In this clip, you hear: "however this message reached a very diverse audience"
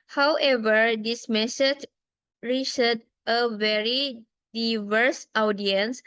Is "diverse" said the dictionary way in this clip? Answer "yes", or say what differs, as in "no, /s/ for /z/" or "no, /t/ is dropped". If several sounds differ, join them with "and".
yes